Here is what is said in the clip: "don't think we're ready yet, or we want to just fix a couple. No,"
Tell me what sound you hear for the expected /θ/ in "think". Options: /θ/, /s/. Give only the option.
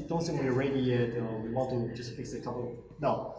/s/